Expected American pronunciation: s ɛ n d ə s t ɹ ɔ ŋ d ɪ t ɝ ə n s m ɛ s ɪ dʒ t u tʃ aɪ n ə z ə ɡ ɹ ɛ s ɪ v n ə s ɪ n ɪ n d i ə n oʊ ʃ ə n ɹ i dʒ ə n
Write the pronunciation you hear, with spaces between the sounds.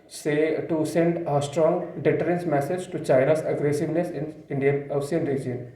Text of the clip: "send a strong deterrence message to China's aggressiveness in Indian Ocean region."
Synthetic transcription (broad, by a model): s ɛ n d ə s t ɹ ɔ ŋ d ɪ t ɝ ə n s m ɛ s ɪ dʒ t u tʃ aɪ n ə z ə ɡ ɹ ɛ s ɪ v n ə s ɪ n ɪ n d i ə n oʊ s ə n ɹ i dʒ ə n